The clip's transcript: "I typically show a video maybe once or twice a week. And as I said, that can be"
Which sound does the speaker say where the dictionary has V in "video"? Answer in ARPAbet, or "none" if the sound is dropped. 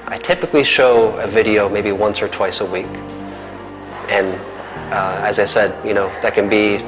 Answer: V